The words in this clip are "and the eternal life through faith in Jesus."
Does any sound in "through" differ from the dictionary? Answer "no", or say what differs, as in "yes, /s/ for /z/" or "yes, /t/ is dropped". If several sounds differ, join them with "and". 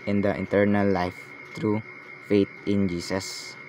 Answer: yes, /t/ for /θ/